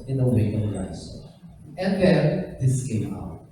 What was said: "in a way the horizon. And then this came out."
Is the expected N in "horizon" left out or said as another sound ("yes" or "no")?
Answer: yes